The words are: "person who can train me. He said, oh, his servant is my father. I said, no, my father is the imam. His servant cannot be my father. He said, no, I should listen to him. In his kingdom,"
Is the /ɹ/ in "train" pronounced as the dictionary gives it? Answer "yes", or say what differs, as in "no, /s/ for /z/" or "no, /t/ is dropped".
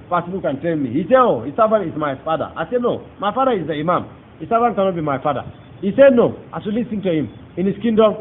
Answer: no, /ɹ/ is dropped